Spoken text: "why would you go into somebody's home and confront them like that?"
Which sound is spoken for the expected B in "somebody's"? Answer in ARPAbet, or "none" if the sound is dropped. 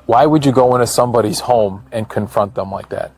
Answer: B